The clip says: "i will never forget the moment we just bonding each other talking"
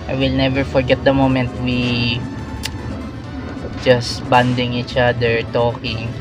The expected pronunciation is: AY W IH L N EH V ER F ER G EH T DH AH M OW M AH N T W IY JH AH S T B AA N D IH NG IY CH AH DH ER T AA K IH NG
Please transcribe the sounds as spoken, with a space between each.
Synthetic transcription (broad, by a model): AY W IH L N EH V ER F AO G EH T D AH M OW M AH N T W IY JH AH S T B AA N D IH NG IY CH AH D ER T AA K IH NG